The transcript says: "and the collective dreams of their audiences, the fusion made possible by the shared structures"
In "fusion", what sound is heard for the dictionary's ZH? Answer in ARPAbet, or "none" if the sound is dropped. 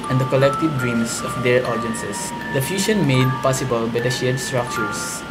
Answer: SH